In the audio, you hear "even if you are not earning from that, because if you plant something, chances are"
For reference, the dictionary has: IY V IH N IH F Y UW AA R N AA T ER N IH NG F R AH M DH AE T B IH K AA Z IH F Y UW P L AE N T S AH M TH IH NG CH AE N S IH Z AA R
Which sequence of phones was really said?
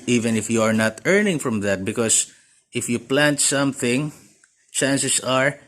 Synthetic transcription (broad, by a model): IY V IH N IH F Y UW AA R N AA T ER N IH NG F R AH M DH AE T B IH K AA S IH F Y UW P L AE N T S AH M TH IH NG CH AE N S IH S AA R